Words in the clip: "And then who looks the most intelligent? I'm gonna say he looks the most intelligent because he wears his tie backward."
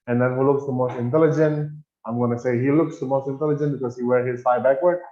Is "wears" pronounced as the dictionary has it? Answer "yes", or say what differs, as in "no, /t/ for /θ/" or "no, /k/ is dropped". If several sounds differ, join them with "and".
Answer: no, /z/ is dropped